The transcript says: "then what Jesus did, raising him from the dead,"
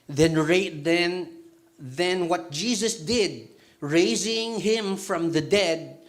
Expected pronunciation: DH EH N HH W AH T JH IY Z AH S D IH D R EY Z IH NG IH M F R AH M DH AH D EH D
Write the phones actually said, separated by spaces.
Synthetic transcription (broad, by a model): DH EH N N W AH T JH IY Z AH S D IH D R EY Z IH NG IH M F R AH M DH AH D EH D